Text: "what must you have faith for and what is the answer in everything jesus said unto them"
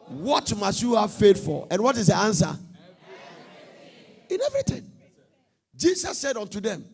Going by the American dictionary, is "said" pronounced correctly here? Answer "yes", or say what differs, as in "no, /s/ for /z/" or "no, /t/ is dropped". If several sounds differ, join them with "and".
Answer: yes